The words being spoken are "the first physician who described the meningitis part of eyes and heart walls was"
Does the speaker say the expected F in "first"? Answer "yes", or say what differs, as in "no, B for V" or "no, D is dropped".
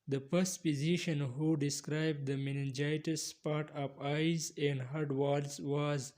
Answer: no, P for F